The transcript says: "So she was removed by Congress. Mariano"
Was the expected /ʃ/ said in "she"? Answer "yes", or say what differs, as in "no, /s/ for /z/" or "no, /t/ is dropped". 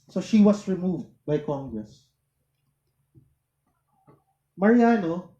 yes